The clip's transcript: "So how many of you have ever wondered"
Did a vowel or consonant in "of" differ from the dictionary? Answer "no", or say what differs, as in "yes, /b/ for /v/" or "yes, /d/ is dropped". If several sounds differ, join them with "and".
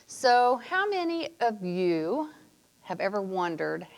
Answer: no